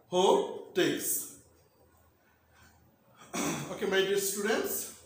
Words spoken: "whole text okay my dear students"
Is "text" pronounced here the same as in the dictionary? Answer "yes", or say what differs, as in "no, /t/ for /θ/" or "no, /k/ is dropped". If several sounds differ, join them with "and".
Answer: no, /k/ is dropped and /t/ is dropped